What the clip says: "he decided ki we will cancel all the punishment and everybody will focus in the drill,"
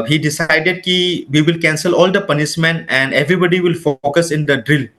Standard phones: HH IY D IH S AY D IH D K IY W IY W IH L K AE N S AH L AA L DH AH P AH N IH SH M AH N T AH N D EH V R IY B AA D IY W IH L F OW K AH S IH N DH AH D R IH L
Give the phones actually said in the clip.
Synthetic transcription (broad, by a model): HH IY D IH S AY D IH D K IY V IY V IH L K AE N S AH L AA L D AH P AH N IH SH M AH N AH N D EH V R IY B AA D IY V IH L F OW K AH S IH N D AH D R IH L